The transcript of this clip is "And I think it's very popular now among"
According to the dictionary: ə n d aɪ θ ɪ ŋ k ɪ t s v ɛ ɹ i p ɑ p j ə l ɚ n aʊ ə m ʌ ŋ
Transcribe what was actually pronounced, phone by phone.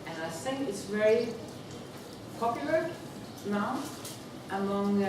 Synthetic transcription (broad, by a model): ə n aɪ s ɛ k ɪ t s v ɛ ɹ i p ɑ p j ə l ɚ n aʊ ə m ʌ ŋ